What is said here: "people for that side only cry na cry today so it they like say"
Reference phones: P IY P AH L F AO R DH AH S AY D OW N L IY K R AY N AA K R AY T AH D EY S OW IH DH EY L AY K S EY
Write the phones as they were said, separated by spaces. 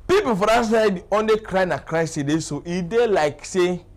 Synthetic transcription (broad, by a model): P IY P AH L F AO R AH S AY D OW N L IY K R AY N AA K R AY S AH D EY S OW IH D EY L AY K S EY